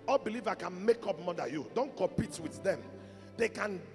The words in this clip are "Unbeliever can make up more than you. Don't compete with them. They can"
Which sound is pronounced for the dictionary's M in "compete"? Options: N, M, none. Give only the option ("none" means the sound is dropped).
none